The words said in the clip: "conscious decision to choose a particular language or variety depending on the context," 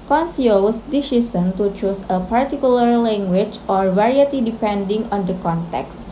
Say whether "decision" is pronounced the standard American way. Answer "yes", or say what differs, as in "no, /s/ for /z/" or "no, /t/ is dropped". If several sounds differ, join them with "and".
no, /s/ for /ʒ/